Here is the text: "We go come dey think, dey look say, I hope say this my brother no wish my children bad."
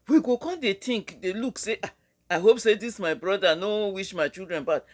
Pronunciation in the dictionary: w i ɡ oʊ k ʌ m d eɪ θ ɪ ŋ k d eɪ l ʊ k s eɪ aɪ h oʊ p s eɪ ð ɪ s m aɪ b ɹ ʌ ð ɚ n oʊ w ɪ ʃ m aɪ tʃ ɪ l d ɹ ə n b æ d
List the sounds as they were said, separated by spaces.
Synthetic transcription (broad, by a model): w i ɡ oʊ k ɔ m d eɪ t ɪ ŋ k d eɪ l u k s eɪ aɪ h oʊ p s eɪ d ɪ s m aɪ b ɹ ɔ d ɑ n oʊ w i ʃ m aɪ tʃ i l d ɹ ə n b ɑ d